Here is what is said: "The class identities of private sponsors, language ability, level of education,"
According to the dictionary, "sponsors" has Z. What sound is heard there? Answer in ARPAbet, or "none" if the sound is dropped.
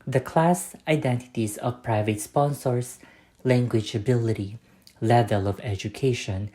S